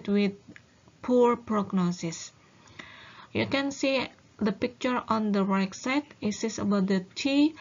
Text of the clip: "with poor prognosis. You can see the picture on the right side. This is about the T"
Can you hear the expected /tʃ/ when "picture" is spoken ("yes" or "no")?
yes